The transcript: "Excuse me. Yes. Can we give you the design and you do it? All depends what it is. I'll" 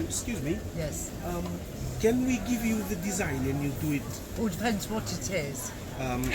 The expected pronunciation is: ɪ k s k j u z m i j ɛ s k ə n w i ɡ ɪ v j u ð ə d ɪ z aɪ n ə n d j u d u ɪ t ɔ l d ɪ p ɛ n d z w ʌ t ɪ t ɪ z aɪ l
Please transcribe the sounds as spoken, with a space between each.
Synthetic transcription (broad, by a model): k s k j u z m i j ɛ s k ə n w i ɡ ɪ v j u ð ə d ɪ z aɪ n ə n j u d u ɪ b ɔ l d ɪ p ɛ n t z w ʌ t ɪ t ɪ z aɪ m